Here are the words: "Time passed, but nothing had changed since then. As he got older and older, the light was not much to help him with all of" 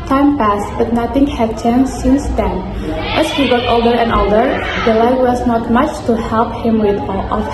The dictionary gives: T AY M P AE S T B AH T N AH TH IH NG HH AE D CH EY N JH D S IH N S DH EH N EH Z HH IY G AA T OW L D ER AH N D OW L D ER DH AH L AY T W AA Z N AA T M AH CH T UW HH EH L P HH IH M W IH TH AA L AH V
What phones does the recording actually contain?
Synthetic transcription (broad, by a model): T AY M P AE S T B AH T N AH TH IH NG HH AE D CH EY N S IH N S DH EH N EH S HH IY G AA T OW L D ER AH N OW L D ER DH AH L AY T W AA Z N AA T M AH CH T UW HH EH L P HH IH M W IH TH AA L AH